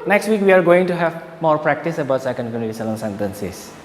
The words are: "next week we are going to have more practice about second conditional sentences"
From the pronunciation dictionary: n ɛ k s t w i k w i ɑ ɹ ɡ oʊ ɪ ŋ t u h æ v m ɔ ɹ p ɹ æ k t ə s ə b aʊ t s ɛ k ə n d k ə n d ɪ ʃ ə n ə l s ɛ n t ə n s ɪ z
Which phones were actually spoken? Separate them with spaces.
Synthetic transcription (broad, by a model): n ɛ k s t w i k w i ɑ ɹ ɡ oʊ ɪ ŋ t u h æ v m ɔ ɹ p ɹ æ k t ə s ə b aʊ t s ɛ k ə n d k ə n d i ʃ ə l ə n s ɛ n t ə n s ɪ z